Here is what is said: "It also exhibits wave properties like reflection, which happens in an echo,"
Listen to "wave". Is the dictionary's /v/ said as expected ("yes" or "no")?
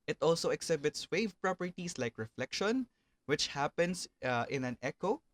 yes